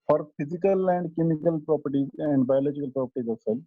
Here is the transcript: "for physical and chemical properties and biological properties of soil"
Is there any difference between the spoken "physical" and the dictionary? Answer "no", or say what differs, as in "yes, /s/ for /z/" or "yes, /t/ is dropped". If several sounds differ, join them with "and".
yes, /p/ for /f/